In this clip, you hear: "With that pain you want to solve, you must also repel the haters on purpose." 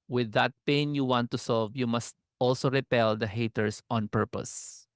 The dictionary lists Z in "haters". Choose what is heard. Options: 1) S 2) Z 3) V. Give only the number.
1